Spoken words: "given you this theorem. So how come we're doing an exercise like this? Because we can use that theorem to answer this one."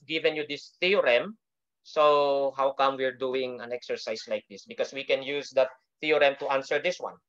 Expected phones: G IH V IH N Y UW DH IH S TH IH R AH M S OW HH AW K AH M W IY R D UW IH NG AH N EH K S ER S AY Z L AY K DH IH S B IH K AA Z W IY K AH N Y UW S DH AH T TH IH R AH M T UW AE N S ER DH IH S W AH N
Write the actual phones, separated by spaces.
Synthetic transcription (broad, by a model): G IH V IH N Y UW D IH S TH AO R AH M S OW HH AW K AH M W IY R D UW IH NG AH N EH K S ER S AY S L AY K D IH S B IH K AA S W IY K AH N Y UW S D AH T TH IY R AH M T UW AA N S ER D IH S W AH N